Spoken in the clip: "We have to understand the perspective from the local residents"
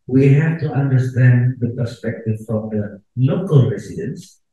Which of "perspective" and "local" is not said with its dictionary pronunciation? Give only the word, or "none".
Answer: none